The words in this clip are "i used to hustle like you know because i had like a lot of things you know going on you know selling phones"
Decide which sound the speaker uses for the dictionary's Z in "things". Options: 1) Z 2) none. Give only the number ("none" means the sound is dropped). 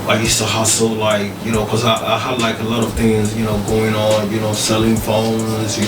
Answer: 1